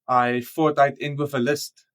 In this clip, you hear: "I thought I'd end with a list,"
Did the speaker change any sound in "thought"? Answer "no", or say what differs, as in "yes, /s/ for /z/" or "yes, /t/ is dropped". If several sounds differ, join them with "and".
yes, /f/ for /θ/